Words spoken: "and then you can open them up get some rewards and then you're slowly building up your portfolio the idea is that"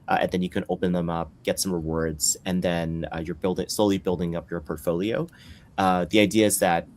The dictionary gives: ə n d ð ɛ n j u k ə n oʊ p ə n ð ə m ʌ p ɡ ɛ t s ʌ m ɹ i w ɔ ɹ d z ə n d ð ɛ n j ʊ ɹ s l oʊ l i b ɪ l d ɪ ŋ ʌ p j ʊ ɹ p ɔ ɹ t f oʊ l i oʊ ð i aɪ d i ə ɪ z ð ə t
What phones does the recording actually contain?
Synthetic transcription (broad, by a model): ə n ð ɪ n j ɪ k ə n oʊ p ə n ð ə m ʌ p ɡ ɛ t s ʌ m ɹ i w ɔ ɹ d z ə n ð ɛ n j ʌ ɹ s l oʊ l i b ɪ l d ɪ ŋ ʌ p j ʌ ɹ p ɔ ɹ t f oʊ l i oʊ ð i aɪ d i ə ɪ z ð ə t